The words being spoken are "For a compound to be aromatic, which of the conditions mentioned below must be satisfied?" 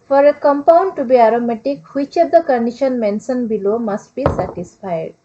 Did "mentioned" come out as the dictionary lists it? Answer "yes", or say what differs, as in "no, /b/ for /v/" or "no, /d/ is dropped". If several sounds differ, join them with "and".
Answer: no, /s/ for /ʃ/